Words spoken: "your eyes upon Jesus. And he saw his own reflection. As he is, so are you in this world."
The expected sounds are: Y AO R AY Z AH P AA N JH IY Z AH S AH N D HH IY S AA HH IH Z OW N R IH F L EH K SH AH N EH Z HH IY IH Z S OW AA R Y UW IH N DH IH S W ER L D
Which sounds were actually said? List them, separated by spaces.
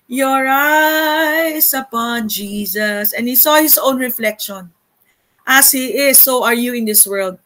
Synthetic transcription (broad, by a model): Y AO R AY S AH P AA N JH IY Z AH S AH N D HH IY S AA HH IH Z OW N R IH F L EH K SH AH N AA S HH IY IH S OW AA R Y UW IH N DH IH S W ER L D